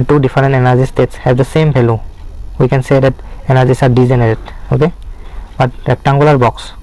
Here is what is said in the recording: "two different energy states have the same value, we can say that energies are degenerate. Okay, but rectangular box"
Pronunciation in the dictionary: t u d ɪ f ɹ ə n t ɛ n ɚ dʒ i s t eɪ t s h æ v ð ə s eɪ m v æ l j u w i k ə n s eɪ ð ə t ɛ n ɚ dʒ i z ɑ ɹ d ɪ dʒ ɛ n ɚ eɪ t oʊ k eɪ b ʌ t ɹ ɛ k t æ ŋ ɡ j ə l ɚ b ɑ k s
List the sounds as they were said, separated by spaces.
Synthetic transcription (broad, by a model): t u d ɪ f ɹ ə n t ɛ n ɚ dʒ i s t eɪ t s h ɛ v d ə s eɪ m p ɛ l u w i k ə n s eɪ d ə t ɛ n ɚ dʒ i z ɑ ɹ d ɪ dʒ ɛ n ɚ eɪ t oʊ k eɪ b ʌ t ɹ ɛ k t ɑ ŋ ɡ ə l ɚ b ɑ k s